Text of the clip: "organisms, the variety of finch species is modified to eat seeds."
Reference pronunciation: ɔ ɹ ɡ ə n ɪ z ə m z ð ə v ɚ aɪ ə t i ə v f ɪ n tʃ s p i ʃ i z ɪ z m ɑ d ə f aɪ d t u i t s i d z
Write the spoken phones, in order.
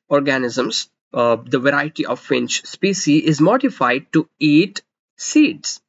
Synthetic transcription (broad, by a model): ɔ ɹ ɡ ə n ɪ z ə m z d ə v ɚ aɪ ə t i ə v f ɪ n tʃ s p i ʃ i ɪ z m ɑ d ə f aɪ d t u i t s i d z